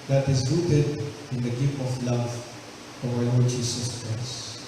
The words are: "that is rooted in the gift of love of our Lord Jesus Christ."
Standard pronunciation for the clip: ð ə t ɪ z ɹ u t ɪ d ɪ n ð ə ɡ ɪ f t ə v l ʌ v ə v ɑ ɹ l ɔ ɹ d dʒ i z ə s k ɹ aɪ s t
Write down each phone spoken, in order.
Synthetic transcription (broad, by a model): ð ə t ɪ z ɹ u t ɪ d ɪ n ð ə ɡ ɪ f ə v l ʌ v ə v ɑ l ɔ ɹ d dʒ i s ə s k ɹ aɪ s t